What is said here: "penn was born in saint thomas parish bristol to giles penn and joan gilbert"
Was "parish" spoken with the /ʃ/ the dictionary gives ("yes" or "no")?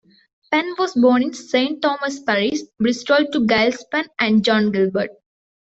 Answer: no